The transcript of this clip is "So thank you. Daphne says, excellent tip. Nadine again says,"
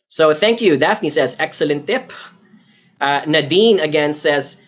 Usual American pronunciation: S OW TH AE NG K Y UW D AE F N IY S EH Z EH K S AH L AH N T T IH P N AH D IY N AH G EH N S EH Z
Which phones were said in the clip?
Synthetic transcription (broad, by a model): S OW TH AE NG K Y UW D AE F N IY S EH Z EH K S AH L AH N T T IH P N AH D IY N AH G EH N S EH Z